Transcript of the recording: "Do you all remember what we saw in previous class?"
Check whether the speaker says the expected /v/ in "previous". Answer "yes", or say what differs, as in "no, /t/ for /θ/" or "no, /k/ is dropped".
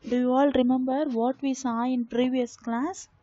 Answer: yes